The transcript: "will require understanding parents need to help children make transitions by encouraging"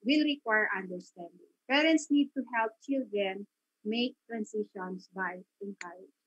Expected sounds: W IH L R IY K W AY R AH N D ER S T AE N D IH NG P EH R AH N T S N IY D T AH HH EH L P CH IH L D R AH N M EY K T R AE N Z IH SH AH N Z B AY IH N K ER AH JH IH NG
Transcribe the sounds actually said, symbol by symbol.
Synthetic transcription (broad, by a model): W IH L R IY K W AY R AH N D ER S T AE N D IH NG P EH R AH N T S N IY D T AH HH EH L P CH IH L D R AH N M EY K T R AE N S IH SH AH N S B AY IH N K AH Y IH